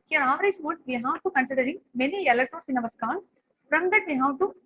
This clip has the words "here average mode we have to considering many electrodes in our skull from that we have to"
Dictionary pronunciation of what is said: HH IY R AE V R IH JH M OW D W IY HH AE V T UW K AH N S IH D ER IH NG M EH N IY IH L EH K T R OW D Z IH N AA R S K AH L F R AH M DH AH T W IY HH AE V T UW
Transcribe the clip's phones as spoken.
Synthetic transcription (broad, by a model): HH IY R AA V R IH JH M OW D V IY HH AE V T UW K AH N S IH D ER IH NG M EH N IY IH L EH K T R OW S IH N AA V S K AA N F R AH M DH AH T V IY HH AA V T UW